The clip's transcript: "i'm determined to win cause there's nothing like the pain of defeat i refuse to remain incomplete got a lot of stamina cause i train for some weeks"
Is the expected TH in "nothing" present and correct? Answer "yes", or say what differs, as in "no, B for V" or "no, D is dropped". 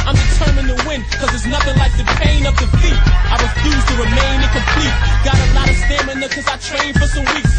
yes